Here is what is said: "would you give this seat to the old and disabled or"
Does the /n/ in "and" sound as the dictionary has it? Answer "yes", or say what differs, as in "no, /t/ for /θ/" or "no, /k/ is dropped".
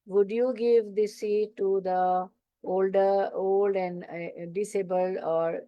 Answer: no, /l/ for /n/